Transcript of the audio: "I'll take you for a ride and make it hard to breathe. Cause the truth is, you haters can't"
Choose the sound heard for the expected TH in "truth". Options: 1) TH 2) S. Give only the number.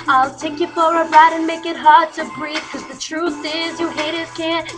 1